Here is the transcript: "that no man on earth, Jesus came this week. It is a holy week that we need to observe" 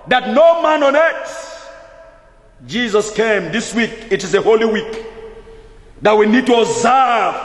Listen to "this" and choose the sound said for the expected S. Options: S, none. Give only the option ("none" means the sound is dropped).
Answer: S